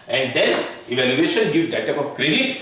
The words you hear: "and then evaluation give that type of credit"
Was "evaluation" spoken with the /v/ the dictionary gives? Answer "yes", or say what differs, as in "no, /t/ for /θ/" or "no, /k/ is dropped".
yes